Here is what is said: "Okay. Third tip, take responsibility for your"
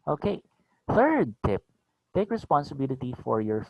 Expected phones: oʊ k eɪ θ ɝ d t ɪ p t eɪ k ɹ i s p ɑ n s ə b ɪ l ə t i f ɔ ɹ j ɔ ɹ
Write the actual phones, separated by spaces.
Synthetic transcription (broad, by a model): oʊ k eɪ θ ɝ d t ɪ p t eɪ k ɹ i s p ɑ n s ə b ɪ l ə t i f ɔ ɹ j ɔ ɹ